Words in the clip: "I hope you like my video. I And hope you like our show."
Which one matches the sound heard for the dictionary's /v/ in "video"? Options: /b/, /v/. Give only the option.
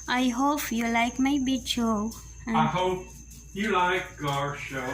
/b/